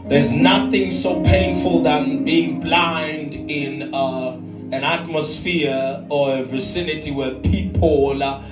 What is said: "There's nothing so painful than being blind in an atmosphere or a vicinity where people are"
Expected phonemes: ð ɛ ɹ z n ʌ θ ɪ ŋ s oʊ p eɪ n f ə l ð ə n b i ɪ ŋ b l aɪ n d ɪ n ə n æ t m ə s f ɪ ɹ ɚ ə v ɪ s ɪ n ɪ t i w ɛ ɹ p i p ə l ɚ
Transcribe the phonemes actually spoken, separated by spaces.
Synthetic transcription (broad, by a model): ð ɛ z n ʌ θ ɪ ŋ s oʊ p eɪ n f ə l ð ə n b i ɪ ŋ b l aɪ n d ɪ n ə n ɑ t m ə s f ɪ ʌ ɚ ə v ɪ s ɪ n ɪ t i w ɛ p i p ə l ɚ